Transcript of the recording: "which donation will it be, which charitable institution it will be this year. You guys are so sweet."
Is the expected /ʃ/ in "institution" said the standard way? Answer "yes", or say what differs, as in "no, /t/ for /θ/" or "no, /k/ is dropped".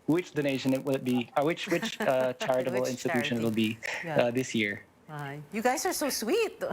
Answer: yes